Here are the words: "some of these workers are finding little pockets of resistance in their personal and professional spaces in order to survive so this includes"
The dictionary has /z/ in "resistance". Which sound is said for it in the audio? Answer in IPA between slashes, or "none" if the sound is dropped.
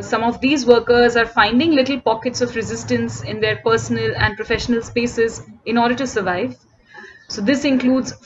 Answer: /z/